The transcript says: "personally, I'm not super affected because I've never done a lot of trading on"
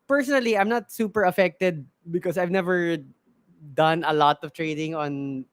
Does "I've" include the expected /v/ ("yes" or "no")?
yes